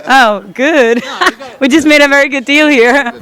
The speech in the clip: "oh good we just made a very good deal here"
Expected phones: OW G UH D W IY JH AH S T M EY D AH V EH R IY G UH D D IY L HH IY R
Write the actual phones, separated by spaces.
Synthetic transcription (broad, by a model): OW G UH D W IY JH AH S M EY D AH V EH R IY G UH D D IY L HH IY R